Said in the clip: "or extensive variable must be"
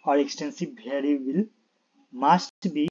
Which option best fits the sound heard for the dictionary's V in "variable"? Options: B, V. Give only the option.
B